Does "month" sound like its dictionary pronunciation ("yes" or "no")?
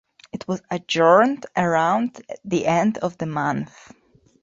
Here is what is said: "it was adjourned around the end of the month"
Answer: yes